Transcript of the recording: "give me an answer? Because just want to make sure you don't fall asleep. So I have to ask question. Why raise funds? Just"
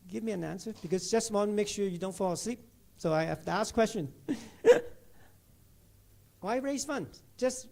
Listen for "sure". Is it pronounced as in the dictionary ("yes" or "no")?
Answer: yes